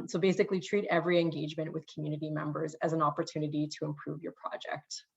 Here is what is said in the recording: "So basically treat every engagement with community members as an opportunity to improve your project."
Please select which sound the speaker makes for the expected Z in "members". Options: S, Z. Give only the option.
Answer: Z